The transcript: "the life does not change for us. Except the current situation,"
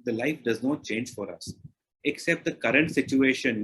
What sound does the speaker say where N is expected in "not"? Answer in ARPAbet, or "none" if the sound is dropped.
N